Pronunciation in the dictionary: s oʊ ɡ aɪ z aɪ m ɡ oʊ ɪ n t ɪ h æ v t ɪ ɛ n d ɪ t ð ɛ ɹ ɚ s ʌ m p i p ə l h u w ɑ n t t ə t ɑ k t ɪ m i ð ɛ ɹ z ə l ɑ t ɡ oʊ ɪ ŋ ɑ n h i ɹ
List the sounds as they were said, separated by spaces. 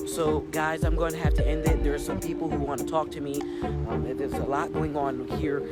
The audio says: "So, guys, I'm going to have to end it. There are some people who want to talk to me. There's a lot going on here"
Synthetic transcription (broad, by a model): s oʊ ɡ aɪ z aɪ m ɡ oʊ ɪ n t ɪ h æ f t ɪ ɛ n d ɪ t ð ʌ ɹ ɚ s ʌ m p i p l h u w ɑ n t t ə t ɑ k t ɪ m i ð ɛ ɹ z ə l ɑ t ɡ oʊ ɪ ŋ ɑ n h i ɹ